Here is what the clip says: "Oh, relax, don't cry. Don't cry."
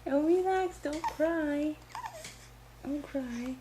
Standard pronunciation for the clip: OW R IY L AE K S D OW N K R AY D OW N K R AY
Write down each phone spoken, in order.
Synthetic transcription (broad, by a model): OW W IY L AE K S D OW N K R AY D OW N K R AY